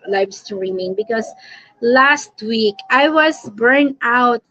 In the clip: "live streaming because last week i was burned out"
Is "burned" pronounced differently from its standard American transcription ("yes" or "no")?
yes